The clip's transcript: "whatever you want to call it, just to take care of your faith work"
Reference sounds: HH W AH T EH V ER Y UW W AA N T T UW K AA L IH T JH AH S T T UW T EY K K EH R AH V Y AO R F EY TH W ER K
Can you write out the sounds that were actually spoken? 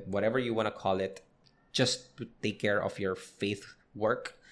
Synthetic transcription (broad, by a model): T W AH T EH V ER Y UW W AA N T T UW K AA L IH T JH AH S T T UW T EY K K EH R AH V Y AO R F EY TH W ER K